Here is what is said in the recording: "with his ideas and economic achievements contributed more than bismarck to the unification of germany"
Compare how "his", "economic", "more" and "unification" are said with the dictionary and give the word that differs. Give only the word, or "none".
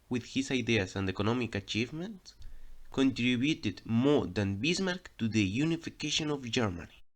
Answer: his